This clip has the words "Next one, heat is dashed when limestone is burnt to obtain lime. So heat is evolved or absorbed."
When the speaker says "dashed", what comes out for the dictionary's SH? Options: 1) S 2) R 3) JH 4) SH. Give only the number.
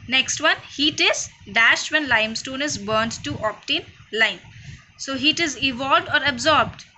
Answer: 4